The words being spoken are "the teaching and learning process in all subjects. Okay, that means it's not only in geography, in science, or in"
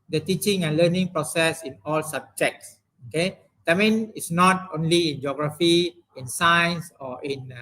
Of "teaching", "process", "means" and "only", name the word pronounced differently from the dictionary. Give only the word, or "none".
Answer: means